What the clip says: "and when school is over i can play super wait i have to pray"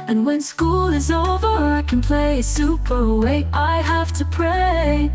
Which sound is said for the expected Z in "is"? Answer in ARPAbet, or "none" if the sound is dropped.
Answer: Z